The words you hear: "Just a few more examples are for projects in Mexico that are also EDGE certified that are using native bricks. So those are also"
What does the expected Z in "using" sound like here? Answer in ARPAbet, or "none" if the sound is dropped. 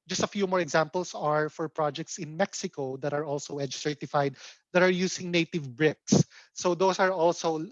S